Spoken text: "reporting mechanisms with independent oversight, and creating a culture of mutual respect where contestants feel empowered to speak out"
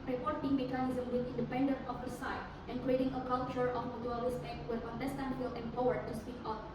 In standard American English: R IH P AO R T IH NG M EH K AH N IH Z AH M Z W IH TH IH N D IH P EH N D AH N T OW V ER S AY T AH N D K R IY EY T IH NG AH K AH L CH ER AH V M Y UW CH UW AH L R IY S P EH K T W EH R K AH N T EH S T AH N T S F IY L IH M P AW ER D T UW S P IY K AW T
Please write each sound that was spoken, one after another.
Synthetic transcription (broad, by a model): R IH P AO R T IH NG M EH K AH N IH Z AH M W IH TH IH N D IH P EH N D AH N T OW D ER S AY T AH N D K R IY EY T IH NG AH K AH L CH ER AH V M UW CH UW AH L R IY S EH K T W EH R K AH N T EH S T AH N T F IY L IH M P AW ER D T UW S P IY K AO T